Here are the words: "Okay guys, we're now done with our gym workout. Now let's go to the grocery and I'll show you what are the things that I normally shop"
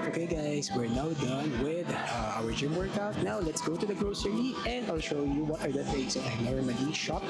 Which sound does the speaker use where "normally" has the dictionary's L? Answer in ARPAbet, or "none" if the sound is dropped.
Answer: N